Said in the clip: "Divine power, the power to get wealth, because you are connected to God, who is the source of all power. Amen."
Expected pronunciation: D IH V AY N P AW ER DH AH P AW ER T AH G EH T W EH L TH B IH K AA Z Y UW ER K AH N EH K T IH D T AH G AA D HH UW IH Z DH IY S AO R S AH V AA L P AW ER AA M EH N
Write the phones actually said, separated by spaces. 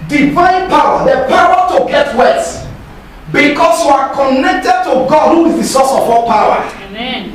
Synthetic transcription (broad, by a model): D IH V AY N P AW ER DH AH P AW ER T AH G EH T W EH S B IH K AA S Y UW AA K AH N EH K T IH D T AH G AA D HH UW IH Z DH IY S AO S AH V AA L P AW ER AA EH